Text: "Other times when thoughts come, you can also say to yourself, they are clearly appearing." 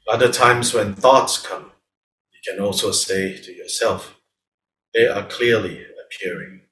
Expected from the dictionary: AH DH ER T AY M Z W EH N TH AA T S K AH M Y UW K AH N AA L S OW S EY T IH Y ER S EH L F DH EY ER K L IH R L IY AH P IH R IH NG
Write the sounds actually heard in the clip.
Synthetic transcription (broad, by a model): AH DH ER T AY M Z W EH N TH AA T S K AH M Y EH K AH N AA L S OW S EY T IH Y ER S EH L F DH EY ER K L IH R L IY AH P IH R IH NG